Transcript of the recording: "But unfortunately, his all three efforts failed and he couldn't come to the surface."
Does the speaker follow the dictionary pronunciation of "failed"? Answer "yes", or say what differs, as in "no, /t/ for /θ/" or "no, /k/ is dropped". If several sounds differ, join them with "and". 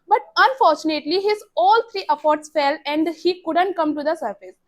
no, /d/ is dropped